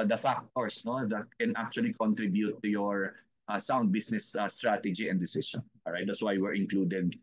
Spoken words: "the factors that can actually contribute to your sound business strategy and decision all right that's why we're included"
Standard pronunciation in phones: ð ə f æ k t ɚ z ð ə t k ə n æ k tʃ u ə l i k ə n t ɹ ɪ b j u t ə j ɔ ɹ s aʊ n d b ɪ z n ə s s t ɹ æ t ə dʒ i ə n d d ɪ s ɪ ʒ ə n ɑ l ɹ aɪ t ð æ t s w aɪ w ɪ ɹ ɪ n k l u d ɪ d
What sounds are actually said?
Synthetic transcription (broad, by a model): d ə f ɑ k t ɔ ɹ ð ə t k ə n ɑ k tʃ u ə l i k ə n t ɹ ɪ b j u t ə j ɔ ɹ s aʊ n d b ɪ s n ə s s t ɹ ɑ t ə dʒ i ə n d d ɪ s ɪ s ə n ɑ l ɹ aɪ t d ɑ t s w aɪ w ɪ ɹ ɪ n k l u d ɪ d